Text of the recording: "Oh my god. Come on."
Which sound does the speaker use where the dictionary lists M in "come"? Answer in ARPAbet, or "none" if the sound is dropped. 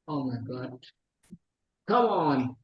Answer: none